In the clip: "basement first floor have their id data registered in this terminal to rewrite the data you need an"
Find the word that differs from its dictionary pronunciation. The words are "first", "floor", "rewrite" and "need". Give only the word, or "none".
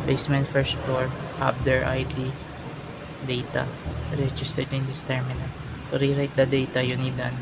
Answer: floor